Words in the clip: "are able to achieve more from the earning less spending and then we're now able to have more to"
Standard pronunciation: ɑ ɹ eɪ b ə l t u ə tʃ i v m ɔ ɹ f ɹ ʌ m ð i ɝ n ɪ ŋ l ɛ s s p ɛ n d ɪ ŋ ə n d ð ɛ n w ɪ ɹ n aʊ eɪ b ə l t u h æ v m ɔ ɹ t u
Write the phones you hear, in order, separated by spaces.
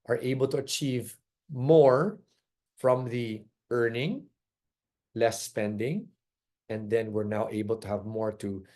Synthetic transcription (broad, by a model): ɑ ɹ eɪ b ə l t u ə tʃ i v m ɔ ɹ f ɹ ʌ m ð i ɝ n ɪ ŋ l ɛ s s p ɛ n d ɪ ŋ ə n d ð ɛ n w ɪ ɹ n aʊ eɪ b ə l t u h æ v m ɔ ɹ t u